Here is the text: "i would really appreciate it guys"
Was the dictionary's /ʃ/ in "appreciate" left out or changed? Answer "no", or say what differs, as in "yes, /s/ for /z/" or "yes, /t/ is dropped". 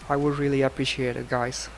no